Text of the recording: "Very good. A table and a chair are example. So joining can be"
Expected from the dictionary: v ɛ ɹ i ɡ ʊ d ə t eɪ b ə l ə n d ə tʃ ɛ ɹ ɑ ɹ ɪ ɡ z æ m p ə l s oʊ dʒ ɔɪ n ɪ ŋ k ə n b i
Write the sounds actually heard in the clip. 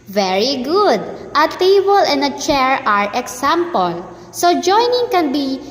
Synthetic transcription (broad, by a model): v ɛ ɹ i ɡ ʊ d ə t eɪ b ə l ə n d ə tʃ ɛ ɹ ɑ ɹ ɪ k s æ m p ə l s oʊ dʒ ɔɪ n ɪ ŋ k ə n b i